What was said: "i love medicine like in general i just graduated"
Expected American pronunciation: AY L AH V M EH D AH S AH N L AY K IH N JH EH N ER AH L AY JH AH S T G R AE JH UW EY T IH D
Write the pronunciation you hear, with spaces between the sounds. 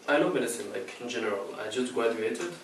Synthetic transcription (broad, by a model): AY N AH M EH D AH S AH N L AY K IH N JH EH N ER AH L AY JH AH S T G R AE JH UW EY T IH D